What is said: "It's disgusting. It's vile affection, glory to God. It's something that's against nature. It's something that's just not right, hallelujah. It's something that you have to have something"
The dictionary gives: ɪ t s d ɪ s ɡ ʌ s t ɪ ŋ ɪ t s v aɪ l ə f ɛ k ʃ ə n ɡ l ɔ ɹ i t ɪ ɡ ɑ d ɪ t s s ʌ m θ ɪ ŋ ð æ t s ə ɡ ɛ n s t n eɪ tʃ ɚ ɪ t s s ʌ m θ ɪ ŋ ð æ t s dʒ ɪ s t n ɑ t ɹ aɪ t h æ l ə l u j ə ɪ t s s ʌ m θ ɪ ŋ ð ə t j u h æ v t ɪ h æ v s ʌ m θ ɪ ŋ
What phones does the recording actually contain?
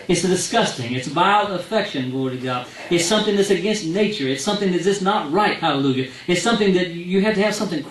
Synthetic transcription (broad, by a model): ɪ t s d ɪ s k ʌ s t ɪ ŋ ɪ t s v aɪ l ə f ɛ k ʃ ə n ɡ ɔ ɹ t ɪ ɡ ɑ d ɪ t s s ʌ m θ ɪ ŋ ð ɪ t s ə ɡ ɛ n s t n eɪ tʃ ɚ ɪ t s s ʌ m θ ɪ ŋ ð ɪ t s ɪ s n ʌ t ɹ aɪ t h æ l ə l u j ə ɪ t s s ʌ m θ ɪ ŋ ð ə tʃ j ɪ h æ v t ɪ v s ʌ m θ ɪ ŋ